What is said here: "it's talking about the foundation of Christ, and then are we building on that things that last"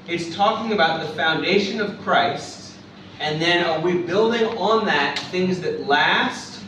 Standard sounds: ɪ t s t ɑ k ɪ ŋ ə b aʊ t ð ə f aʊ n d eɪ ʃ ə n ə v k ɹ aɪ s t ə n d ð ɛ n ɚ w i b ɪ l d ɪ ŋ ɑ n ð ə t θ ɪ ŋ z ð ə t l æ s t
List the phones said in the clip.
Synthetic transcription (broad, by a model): ɪ t s t ɑ k ɪ ŋ ə b aʊ t ð ə f aʊ n d eɪ ʃ ə n ə v k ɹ aɪ s t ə n ð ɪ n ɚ w i b ɪ l d ɪ ŋ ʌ n ð ə t θ ɪ ŋ z ð ə t l æ s t